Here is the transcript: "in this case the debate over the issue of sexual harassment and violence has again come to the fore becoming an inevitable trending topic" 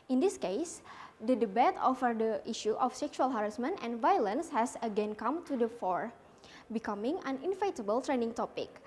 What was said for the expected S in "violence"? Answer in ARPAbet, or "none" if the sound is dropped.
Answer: S